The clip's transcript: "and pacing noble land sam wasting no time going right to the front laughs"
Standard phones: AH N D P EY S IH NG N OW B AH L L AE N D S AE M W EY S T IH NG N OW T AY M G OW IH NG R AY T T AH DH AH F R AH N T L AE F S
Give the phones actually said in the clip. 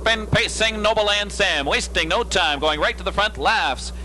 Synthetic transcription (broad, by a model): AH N P EY S IH NG N OW AH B L AE N D S AE M W EY S T IH NG N OW T AY M G OW IH NG R AY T T AH DH AH F R AH N T L AE F S